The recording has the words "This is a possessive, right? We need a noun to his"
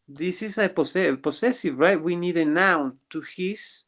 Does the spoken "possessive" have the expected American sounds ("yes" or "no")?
no